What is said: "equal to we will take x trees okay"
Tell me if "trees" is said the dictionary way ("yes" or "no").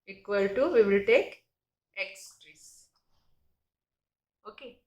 no